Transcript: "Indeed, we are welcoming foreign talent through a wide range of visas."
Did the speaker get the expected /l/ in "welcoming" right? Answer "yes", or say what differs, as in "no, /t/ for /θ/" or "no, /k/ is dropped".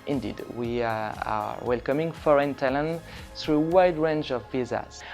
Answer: yes